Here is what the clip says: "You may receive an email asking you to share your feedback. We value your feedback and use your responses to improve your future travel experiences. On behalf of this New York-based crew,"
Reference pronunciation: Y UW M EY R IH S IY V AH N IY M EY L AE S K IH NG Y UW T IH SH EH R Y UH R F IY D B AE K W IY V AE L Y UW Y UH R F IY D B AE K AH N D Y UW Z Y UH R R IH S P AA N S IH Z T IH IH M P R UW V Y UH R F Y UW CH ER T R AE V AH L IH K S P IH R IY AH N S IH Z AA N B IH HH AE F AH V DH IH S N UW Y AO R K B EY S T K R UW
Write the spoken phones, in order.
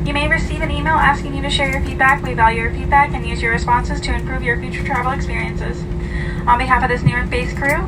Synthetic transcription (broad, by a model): Y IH M EY R IH S IY V AH N IY M EY L AE S K IH NG Y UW T IH SH EH R Y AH R F IY D B AE K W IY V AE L Y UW R F IY D B AE K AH N Y UW Z Y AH R R IH S P AA N S IH Z T IH IH M P R UW V Y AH R F Y UW CH ER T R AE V L IH K S P IH R IY AH N S IH Z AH N B IH HH AE F AH V DH IH S N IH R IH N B EY S K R UW